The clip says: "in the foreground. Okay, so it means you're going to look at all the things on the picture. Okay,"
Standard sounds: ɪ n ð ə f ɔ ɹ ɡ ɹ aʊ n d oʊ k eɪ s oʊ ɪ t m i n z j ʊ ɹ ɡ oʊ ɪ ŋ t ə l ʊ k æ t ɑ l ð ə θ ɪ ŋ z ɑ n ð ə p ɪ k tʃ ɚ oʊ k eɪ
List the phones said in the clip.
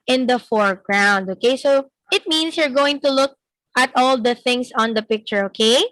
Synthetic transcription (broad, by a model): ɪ n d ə f ɔ ɹ ɡ ɹ aʊ n d oʊ k eɪ s oʊ ɪ t m i n s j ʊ ɹ ɡ oʊ ɪ ŋ t ə l ʊ k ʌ t ɑ l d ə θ ɪ ŋ s ɑ n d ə p ɪ k tʃ ɚ oʊ k eɪ